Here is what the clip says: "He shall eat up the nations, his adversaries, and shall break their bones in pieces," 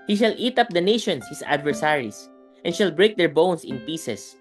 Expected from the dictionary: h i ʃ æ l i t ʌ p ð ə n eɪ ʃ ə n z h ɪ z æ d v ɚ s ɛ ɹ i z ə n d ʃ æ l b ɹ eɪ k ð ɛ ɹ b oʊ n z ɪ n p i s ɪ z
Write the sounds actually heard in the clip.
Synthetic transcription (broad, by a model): h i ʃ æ l i t ʌ p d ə n eɪ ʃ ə n s h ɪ s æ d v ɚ s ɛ ɹ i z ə n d ʃ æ l b ɹ eɪ k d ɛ ɹ b oʊ n s ɪ n p i s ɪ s